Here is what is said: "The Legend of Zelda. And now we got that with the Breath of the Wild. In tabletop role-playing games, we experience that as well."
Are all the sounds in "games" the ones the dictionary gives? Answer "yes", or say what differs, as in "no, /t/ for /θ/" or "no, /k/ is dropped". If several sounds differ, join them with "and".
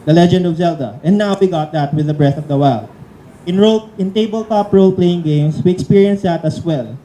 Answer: no, /s/ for /z/